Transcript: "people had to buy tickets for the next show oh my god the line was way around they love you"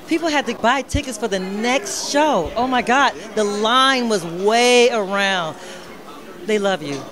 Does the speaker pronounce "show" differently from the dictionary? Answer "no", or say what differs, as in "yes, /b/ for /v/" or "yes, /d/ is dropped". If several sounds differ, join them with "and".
no